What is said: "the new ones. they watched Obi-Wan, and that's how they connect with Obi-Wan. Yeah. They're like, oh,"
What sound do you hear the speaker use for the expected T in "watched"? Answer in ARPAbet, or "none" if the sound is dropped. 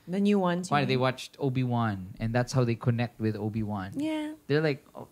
T